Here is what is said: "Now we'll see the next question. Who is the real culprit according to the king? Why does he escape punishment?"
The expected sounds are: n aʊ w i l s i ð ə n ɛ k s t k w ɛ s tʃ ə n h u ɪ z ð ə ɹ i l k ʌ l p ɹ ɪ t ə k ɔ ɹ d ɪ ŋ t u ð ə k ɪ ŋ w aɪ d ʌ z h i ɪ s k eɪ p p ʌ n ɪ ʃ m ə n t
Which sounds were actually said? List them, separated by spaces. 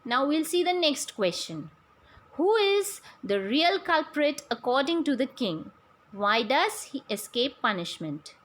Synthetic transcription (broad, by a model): n aʊ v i l s i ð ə n ɛ k s t k w ɛ s tʃ ə n h u ɪ z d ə ɹ i l k ʌ l p ɹ ɪ t ə k ɔ ɹ d ɪ ŋ t u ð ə k ɪ ŋ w aɪ d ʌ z h i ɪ s k eɪ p p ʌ n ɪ ʃ m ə n t